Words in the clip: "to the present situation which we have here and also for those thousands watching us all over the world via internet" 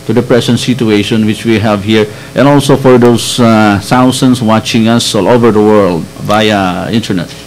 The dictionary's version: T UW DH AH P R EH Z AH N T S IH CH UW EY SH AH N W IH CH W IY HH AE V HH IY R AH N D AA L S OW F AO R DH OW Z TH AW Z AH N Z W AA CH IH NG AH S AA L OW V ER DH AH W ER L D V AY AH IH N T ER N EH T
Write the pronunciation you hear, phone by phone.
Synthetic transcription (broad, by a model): T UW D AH P R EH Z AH N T S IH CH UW EY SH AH N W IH CH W IY HH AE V HH IY R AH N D AA L S OW F AO R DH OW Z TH AW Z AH N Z W AA CH IH NG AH S AA L OW V ER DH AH W ER L D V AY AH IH N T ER N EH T